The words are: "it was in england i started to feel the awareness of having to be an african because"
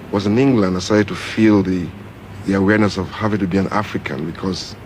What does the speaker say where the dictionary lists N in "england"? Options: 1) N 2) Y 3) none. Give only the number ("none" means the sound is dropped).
1